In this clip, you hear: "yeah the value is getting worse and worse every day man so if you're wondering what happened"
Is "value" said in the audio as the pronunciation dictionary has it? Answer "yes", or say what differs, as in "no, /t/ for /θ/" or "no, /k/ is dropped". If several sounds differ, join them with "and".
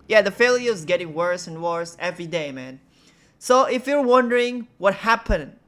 no, /f/ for /v/